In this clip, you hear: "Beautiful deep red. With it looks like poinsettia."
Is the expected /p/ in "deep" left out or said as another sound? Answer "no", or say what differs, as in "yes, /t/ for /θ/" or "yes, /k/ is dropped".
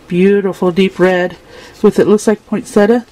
no